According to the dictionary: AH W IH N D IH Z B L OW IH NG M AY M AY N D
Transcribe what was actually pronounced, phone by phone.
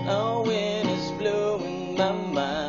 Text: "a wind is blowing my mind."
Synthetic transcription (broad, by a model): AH W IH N IH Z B L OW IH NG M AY M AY